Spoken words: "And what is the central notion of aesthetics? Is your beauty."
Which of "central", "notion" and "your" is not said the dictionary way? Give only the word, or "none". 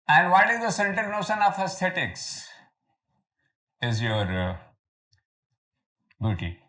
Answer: central